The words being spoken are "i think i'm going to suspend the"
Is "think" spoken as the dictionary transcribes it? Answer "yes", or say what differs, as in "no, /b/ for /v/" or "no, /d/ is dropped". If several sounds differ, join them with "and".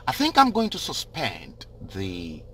yes